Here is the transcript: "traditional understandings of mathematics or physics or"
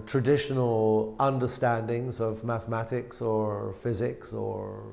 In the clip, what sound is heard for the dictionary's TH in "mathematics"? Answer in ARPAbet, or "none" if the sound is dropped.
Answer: TH